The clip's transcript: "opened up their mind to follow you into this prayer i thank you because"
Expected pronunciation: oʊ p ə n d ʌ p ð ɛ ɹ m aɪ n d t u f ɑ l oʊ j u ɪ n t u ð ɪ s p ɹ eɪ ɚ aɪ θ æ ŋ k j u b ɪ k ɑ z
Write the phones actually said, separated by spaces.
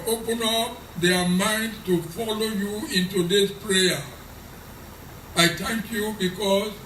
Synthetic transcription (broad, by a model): oʊ p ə n ʌ p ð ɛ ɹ m aɪ n d t u f ɑ l oʊ j u ɪ n t u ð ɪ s p ɹ eɪ ɚ aɪ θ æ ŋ k j u b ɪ k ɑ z